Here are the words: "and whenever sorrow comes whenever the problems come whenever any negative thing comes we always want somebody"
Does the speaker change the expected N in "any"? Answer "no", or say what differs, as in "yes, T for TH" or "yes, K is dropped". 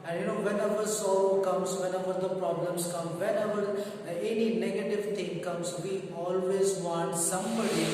no